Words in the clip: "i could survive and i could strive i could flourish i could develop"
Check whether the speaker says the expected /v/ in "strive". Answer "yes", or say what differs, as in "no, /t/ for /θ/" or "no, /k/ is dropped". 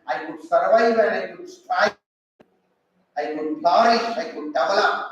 no, /v/ is dropped